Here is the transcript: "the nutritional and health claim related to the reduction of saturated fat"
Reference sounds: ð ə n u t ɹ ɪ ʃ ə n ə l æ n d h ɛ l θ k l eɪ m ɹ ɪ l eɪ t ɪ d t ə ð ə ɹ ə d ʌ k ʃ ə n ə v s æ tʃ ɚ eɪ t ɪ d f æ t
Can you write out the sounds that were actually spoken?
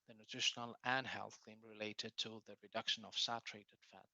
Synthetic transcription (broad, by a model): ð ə n u t ɹ ɪ ʃ ə n ə l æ n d h ɛ l θ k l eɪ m ɹ ɪ l eɪ t ɪ d t ə ð ə ɹ ə d ʌ k ʃ ə n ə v s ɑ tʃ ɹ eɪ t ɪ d f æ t